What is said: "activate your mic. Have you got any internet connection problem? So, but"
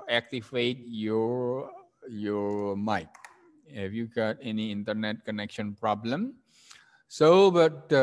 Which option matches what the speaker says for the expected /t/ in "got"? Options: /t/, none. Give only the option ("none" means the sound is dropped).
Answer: /t/